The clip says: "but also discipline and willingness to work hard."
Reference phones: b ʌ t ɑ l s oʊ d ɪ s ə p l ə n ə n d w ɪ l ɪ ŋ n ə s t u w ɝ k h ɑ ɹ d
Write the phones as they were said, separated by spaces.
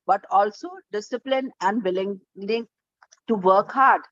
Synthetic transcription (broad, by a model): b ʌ t ɑ l s oʊ d ɪ s ə p l ə n ə n d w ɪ l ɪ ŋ l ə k t u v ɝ k h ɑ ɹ d